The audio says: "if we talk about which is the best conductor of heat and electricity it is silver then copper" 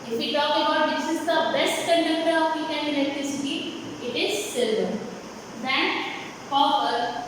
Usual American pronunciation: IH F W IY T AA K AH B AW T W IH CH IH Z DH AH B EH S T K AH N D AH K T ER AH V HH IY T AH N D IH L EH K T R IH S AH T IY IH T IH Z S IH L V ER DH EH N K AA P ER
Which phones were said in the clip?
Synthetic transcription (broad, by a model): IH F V IY T AA K AH B AW T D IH S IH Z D AH B EH S T K AH N D AH K T ER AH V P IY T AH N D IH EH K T R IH S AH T IY IH T IH Z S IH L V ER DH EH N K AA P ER